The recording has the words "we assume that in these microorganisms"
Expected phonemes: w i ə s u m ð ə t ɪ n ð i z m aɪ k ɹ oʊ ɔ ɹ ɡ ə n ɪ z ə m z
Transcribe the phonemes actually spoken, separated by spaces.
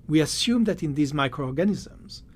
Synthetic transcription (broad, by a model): w i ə s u m ð ə t ɪ n ð i z m aɪ k ɹ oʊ ɔ ɹ ɡ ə n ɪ z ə m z